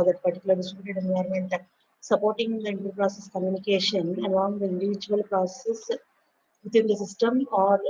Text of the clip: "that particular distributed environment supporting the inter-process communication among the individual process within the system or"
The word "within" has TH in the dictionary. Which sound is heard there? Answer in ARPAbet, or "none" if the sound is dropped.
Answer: T